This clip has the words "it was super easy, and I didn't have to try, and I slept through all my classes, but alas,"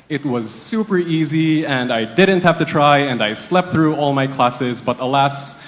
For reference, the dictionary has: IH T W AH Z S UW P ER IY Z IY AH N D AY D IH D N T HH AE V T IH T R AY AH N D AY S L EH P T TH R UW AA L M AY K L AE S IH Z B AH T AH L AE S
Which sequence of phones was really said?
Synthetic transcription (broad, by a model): IH T W AH Z S UW P ER IY Z IY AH N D AY D IH D N T HH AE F T IH T R AY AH N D AY S L EH P T TH R UW AA L M AY K L AE S IH Z B AH T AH L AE S